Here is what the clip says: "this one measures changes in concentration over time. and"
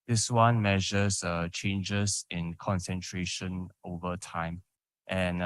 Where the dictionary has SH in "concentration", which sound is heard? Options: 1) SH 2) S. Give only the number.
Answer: 1